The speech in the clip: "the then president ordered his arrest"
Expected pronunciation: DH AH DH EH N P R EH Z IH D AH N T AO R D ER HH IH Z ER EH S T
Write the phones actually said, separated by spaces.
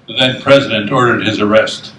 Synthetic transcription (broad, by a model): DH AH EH N P R EH Z IH D AH N T AO R D ER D IH Z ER EH S T